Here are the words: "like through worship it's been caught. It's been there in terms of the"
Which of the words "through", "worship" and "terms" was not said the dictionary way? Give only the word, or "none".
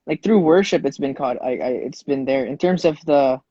none